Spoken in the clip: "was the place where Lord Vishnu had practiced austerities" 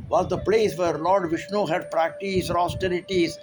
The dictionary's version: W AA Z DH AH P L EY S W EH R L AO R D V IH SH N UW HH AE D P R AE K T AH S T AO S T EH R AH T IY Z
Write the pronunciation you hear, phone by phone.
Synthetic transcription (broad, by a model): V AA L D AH P L EY S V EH R L AO R D V IH SH N UW HH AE D P R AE K T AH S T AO S T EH R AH T IY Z